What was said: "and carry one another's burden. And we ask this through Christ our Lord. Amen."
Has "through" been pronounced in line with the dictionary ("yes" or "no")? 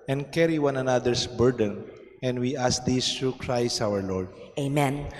no